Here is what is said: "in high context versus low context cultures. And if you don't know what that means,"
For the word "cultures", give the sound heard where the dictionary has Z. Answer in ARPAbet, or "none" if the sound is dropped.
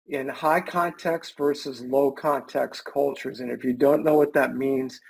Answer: Z